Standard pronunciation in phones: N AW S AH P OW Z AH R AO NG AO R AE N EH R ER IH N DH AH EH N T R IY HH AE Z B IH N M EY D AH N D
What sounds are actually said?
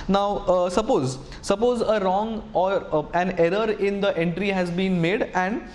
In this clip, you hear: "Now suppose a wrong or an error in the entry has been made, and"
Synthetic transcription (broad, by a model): N AW S AH P OW Z AH R AO NG AO R AE N EH R ER IH N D AH EH N T R IY HH AE Z B IH N M EY D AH N D